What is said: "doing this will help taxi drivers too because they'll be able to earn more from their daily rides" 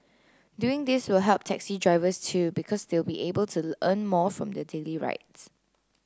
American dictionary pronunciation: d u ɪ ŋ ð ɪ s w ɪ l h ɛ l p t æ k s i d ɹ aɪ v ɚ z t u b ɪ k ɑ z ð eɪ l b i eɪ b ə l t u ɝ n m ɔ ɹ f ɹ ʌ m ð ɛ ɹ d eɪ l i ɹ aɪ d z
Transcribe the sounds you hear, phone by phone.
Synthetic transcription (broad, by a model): d u ɪ ŋ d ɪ s w ɪ l h ɛ l p t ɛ k s i d ɹ aɪ v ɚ s t u b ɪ k ɑ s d eɪ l b i eɪ b ə l t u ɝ n m ɔ f ɹ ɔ m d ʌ d eɪ l i ɹ aɪ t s